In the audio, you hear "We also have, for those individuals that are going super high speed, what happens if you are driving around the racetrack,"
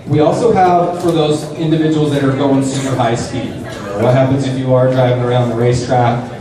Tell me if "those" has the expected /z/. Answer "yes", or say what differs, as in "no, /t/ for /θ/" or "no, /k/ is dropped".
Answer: yes